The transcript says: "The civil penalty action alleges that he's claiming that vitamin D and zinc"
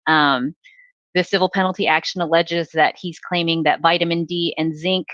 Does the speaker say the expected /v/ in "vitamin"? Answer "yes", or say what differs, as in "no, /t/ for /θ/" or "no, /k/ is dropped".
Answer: yes